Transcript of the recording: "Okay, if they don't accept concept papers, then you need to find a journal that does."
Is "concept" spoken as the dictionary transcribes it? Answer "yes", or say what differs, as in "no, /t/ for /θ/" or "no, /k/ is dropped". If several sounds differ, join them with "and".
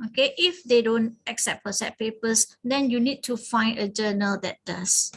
no, /n/ is dropped